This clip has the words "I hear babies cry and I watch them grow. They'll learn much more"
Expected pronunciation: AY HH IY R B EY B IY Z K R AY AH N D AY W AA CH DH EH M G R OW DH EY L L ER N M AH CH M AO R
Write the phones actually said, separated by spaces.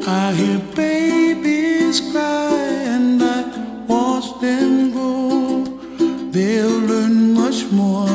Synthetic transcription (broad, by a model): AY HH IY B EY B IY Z K R AY AH N D AY W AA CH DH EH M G OW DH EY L L ER N M AH CH M AO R